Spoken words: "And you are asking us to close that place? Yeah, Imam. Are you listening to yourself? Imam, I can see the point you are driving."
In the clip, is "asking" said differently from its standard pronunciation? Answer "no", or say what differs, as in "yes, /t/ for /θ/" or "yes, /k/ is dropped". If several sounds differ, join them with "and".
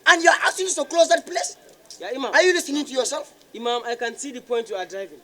yes, /k/ is dropped